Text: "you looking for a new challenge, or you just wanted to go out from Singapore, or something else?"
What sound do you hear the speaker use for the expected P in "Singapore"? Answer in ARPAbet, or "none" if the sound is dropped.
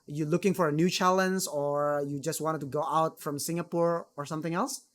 P